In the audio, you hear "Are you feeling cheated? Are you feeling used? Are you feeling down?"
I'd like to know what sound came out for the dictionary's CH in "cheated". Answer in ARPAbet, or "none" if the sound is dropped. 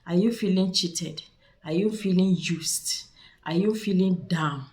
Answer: CH